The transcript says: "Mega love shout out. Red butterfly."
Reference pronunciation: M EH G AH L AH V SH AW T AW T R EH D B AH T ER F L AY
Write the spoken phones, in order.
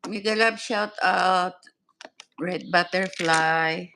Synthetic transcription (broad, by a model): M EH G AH L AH B SH AW T AW T R EH D B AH T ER F L AY